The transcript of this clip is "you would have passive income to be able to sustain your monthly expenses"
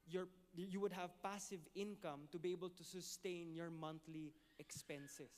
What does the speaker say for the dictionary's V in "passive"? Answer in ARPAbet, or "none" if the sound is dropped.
V